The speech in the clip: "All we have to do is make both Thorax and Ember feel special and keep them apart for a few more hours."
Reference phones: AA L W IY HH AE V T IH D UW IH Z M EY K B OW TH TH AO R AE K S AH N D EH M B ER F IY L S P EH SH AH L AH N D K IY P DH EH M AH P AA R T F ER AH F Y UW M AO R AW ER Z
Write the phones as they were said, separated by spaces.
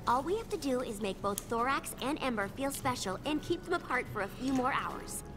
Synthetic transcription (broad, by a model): AA L W IY HH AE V T IH D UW IH Z M EY K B OW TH TH AO R AE K S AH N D EH M B ER F IY L S P EH SH L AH N K IY P DH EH M AH P AA R T F ER AH F Y UW M AO R AW ER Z